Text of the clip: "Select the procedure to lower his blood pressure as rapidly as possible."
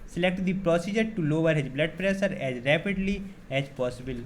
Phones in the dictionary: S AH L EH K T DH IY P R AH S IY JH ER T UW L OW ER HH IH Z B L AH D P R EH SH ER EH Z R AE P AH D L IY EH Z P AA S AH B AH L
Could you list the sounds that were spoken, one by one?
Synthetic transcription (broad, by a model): S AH L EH K T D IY P R AH S IY JH ER T UW L OW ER HH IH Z B L AH D P R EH S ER EH Z R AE P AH D L IY EH Z P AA S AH B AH L